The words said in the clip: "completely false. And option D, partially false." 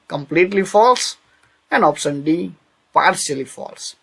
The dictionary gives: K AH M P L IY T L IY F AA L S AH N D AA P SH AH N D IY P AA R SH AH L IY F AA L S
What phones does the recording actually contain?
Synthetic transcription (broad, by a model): K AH M P L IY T L IY F AA L S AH N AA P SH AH N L IY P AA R S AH L IY F AA L S